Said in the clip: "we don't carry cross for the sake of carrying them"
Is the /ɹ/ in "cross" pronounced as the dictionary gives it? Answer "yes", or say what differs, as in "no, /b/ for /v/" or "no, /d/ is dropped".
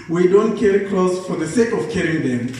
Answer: no, /l/ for /ɹ/